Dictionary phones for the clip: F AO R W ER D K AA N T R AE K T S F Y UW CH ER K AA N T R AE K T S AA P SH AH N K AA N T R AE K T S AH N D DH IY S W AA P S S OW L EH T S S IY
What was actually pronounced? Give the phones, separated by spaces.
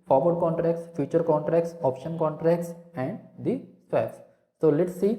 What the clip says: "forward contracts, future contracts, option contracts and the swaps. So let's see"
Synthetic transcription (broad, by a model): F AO R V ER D K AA N T R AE K T S F Y UW CH ER K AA N T R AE K T S AA P SH AH N K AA N T R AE K T S AH N D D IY S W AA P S S OW L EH T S S IY